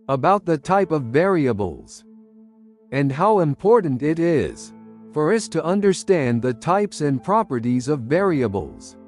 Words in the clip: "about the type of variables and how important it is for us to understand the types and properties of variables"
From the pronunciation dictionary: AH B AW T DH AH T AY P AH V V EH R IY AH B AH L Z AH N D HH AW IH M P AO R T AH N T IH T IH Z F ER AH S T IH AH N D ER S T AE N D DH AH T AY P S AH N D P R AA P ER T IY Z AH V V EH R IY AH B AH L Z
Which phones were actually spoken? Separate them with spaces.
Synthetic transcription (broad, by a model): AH B AW T DH AH T AY P AH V V EH R IY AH B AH L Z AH N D HH AW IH M P AO R T N T IH T IH Z F ER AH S T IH AH N D ER S T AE N DH AH T AY P S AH N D P R AA P ER T IY Z AH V V EH R IY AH B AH L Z